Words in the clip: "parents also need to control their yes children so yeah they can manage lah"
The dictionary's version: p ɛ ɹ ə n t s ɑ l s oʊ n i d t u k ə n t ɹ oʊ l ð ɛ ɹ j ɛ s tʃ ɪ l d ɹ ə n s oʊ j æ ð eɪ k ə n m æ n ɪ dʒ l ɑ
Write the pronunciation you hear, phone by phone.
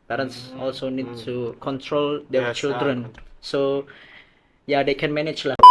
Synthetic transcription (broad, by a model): p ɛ ɹ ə n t s ɑ l s oʊ n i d t u k ə n t ɹ oʊ l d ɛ tʃ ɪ l d ɹ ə n s oʊ j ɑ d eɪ k ə n m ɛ n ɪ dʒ l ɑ